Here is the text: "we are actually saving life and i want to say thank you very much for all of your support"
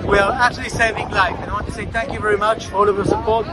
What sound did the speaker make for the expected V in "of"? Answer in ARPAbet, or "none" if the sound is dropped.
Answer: V